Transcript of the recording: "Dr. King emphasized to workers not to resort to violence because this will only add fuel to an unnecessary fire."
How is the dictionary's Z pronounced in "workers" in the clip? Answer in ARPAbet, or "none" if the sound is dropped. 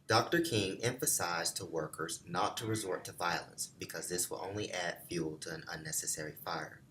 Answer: Z